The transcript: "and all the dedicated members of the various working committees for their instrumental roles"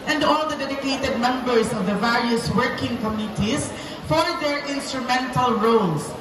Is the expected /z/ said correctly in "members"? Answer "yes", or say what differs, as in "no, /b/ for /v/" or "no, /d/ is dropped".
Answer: no, /s/ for /z/